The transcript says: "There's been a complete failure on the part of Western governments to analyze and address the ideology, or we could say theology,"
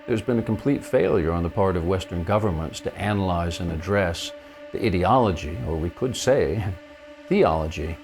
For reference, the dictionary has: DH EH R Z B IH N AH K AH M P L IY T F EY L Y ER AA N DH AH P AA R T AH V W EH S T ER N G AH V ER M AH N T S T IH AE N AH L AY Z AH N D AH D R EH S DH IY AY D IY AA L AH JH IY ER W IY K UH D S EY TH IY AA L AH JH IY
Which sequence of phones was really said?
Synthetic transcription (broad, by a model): DH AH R Z B IH N AH K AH M P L IY T F EY L Y ER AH N DH AH P AA R T AH V W EH S T ER N G AH V ER M AH N T S T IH AE N AH L AY Z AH N AH D R EH S DH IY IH D IY AA L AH JH IY ER W IY K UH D S EY TH IY AA L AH JH IY